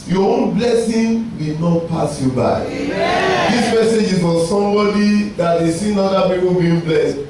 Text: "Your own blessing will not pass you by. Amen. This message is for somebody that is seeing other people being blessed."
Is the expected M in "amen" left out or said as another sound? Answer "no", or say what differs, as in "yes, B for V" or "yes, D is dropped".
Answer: yes, M is dropped